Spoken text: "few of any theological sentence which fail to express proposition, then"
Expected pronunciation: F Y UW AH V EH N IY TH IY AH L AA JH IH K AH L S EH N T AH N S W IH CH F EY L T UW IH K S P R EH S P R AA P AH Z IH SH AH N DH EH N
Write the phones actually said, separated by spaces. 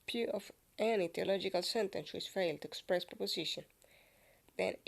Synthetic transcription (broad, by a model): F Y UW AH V EH N IY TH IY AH L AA JH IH K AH L S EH N T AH N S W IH S F EY L T UW IH K S P R EH S P R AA P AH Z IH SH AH N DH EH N